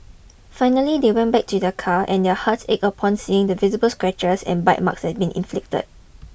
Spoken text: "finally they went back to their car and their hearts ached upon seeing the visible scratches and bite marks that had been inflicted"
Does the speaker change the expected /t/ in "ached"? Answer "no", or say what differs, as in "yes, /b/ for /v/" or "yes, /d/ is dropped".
yes, /t/ is dropped